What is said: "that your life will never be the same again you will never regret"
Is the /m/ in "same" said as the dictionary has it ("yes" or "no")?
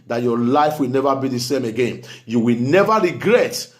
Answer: yes